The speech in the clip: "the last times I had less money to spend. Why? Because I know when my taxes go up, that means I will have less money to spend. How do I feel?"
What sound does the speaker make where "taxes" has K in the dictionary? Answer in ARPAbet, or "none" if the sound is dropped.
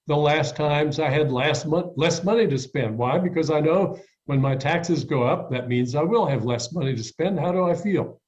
K